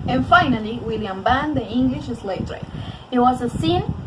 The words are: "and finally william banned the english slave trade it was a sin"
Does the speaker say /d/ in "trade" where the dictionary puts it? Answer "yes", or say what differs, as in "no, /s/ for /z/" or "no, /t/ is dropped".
no, /d/ is dropped